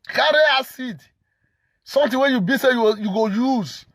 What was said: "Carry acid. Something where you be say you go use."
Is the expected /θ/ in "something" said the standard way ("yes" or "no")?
no